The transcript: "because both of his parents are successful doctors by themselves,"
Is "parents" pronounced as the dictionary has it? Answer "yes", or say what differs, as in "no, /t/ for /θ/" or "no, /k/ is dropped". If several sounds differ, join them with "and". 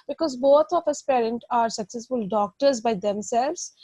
no, /s/ is dropped